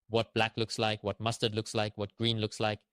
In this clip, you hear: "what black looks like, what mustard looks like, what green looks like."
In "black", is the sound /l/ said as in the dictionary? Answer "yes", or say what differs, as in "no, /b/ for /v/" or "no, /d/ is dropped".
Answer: yes